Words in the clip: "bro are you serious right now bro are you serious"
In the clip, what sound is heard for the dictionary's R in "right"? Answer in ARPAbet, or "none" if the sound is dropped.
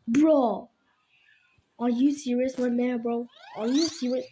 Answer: W